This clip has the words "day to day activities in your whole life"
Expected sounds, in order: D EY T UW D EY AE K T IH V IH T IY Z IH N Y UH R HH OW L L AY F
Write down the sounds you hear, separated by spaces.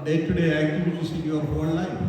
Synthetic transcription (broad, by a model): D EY T UW D EY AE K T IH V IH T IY S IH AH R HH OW N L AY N